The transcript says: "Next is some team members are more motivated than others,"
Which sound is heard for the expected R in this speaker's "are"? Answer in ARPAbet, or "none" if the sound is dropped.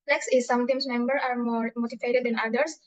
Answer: R